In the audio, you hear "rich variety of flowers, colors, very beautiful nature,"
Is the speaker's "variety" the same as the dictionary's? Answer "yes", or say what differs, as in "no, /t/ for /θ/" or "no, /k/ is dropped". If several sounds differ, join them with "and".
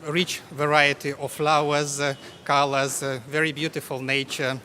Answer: yes